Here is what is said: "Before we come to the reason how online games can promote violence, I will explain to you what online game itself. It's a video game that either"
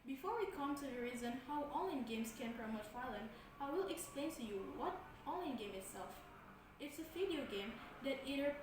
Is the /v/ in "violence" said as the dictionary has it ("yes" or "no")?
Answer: no